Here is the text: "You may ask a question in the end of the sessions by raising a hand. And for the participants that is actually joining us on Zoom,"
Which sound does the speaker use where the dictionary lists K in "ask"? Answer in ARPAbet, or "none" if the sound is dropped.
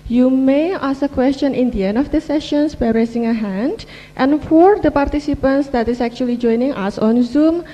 none